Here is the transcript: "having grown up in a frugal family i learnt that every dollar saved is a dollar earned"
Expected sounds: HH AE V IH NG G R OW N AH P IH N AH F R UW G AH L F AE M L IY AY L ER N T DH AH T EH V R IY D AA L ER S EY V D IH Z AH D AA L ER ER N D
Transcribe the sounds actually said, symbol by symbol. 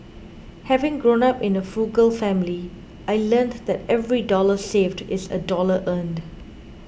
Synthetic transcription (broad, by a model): HH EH V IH NG G R OW N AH P IH N AH F UW G AH L F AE M L IY AY L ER N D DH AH T EH V R IY D AA L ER S EY V D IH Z AH D AA L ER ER N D